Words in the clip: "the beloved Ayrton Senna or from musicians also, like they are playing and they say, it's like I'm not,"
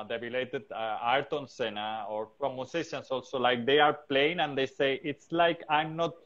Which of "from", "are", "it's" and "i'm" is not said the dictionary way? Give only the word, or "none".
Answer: from